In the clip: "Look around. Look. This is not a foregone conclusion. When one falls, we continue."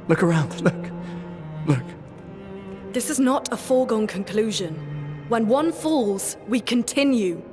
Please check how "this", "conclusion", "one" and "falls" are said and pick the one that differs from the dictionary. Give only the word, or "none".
none